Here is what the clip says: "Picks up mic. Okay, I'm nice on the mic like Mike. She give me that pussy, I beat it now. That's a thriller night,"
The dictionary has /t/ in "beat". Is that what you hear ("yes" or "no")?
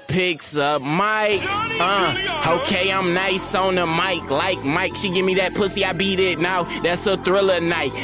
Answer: yes